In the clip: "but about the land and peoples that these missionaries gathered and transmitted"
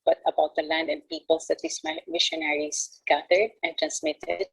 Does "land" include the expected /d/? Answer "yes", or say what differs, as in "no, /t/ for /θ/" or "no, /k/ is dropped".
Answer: yes